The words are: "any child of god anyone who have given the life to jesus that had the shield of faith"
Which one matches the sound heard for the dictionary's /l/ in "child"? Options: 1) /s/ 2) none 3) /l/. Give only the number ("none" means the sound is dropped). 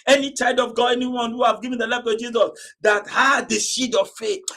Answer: 2